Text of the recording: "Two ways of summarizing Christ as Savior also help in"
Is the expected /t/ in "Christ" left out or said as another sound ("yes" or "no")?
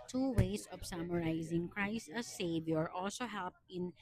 no